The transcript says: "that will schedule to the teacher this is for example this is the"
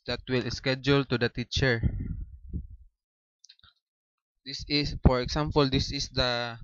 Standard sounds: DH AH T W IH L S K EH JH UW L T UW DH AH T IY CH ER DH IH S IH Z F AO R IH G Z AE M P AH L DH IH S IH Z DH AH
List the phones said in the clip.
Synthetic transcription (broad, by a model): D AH T W IH L S K EH JH UW L T UW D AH T IY CH ER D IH S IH S F AO R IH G S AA M P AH L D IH S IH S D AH